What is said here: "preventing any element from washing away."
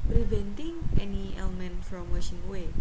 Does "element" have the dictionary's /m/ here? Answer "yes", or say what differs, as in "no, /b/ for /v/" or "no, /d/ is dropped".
yes